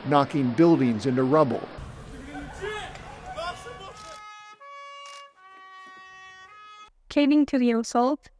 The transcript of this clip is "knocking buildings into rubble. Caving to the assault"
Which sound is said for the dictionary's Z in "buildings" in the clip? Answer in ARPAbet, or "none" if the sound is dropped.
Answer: Z